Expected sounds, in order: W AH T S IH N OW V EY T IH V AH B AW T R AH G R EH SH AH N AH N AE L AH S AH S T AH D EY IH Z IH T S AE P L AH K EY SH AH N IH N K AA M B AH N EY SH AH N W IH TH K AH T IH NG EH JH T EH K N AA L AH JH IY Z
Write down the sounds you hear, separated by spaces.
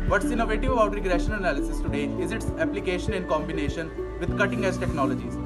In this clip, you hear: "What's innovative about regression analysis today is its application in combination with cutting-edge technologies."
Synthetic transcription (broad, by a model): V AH T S IH N OW V EY T IH V AH B AW T R AH G R EH SH AH N AH N AE L AH S AH S T AH D EY IH Z IH T S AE P L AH K EY SH AH N IH N K AA M B AH N EY SH AH N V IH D K AH T IH NG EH Z T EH K N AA L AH JH IY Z